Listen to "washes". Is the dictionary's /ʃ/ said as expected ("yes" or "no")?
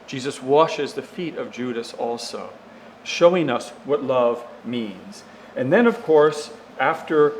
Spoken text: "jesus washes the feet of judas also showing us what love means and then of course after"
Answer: yes